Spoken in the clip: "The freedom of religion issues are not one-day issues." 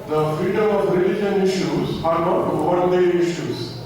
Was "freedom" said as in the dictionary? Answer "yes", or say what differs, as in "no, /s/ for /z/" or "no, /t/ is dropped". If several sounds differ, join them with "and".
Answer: no, /ɹ/ is dropped